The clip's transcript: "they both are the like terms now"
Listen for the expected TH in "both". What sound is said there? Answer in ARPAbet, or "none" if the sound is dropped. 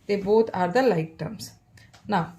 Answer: T